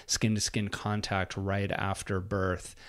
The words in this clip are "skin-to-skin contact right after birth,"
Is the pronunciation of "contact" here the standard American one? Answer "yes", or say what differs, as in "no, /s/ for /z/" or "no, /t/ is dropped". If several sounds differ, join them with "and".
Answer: yes